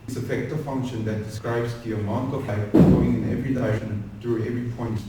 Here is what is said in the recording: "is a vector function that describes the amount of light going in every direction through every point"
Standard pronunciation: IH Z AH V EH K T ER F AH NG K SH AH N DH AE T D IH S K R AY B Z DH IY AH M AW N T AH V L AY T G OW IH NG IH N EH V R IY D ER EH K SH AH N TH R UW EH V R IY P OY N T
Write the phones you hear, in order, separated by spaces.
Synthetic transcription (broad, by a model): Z AH F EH K T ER F AH NG K SH AH N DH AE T D IH S K R AY B Z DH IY AH M AW N T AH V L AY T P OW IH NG IH N EH V R IY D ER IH SH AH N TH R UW EH V R IY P OY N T